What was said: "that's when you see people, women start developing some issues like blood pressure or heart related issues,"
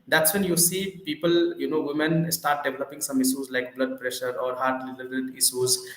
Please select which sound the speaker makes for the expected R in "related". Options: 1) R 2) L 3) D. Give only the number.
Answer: 2